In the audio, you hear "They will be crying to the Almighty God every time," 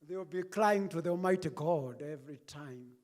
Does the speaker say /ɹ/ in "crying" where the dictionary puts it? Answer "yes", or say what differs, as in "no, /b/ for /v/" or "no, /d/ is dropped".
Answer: no, /l/ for /ɹ/